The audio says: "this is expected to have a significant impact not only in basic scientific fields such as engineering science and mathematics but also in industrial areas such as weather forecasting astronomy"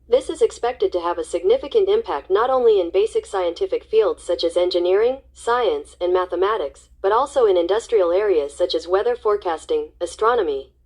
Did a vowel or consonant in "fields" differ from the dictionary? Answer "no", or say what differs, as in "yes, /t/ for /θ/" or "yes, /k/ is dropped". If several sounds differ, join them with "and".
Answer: no